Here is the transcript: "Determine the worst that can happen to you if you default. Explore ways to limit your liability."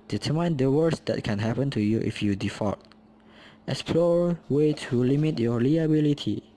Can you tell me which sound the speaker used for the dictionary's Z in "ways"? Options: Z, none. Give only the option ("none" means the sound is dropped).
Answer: none